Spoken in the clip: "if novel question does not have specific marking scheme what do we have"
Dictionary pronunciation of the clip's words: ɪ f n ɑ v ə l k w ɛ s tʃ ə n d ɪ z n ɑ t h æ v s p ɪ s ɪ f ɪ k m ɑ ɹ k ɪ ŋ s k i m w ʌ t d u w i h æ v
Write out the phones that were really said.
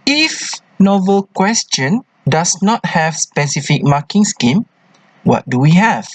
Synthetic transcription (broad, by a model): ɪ f n ɑ v ə l k w ɛ s tʃ ə n d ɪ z n ɑ t h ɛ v s p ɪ s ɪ f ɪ k m ɑ k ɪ ŋ s k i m w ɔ t d u w i h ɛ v